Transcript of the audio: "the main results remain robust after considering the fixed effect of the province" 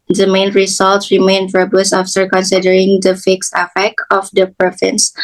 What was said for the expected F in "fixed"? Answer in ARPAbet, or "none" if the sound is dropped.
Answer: F